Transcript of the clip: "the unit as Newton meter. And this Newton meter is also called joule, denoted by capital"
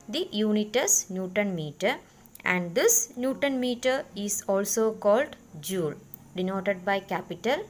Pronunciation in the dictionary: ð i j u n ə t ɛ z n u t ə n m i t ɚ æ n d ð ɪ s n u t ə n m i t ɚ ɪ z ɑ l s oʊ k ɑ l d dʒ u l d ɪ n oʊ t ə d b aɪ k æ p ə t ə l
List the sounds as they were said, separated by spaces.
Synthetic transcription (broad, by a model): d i j u n ə t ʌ s n u t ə n m i t ɚ æ n d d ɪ s n u t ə n m i t ɚ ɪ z ɑ l s oʊ k ɑ l d dʒ u l d ɪ n oʊ t ə d b aɪ k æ p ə t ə l